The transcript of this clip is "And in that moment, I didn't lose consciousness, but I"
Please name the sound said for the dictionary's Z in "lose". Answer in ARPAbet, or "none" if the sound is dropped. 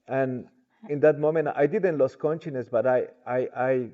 S